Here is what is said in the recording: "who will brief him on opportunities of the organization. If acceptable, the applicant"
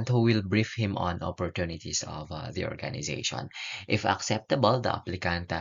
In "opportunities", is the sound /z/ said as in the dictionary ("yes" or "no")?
no